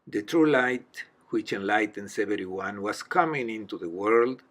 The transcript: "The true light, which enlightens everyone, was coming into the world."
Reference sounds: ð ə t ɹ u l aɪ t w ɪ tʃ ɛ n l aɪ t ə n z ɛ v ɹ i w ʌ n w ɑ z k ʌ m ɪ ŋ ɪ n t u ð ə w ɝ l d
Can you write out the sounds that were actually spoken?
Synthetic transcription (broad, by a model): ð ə t ɹ u l aɪ t w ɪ tʃ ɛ n l aɪ t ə n s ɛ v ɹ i w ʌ n w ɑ s k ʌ m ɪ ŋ ɪ n t u ð ə w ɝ l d